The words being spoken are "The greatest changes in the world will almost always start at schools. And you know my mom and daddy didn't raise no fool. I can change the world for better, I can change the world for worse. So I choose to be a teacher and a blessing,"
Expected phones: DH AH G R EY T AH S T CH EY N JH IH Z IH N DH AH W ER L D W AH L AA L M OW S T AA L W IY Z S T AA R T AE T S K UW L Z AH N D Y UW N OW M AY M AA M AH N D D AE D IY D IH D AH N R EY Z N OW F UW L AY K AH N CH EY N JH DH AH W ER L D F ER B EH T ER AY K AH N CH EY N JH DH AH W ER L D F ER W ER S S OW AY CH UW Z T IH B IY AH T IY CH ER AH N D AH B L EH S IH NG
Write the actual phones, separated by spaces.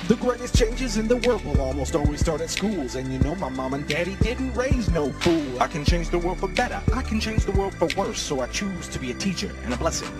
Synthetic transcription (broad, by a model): DH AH G R EY T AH S CH EY N JH IH Z IH N DH AH W ER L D W AH L AA L M OW S T AA L W IY Z S T AA R T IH T S K UW L Z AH N Y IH N OW M AY M AA M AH N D D AE D IY D IH D N R EY Z N OW F UW L AY K AH N CH EY N JH DH AH W ER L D F ER B EH T ER AY K N CH EY N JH DH AH W ER L D F ER W ER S S OW AY CH UW Z T IH B IY AH T IY CH ER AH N AH B L EH S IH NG